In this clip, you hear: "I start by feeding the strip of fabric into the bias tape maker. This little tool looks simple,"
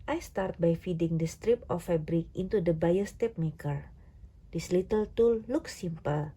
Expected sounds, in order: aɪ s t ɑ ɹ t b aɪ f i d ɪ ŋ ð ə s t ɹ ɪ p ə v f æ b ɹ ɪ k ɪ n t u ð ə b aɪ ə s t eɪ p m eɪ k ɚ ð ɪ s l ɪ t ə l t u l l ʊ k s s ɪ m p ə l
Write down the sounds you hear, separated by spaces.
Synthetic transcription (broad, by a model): aɪ s t ɑ ɹ t b aɪ f i d ɪ ŋ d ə s t ɹ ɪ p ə f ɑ b ɹ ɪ k ɪ n t u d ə b aɪ ə s t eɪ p m eɪ k ɚ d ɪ s l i t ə l t u l l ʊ k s s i m p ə l